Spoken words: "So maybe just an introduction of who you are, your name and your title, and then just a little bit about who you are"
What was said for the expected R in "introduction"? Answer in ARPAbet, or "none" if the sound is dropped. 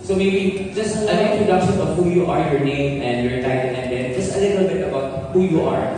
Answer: none